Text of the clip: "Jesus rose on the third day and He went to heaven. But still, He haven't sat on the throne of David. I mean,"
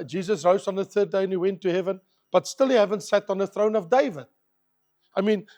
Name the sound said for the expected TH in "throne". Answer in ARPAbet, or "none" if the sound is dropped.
TH